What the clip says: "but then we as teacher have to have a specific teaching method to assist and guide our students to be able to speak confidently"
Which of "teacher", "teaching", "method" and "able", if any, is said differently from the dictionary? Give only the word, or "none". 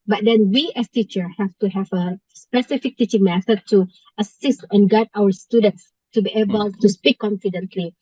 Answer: method